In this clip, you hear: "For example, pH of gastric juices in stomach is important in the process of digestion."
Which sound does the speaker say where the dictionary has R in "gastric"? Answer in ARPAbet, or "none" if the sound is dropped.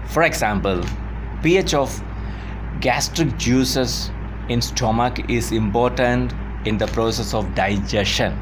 R